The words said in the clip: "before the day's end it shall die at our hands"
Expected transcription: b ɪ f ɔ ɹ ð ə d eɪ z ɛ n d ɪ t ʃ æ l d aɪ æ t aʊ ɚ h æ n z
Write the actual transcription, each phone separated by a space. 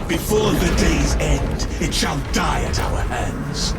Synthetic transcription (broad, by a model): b ɪ f ɔ ɹ ð ə d eɪ z ɛ n d ɪ t ʃ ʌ l d aɪ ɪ t aʊ ɚ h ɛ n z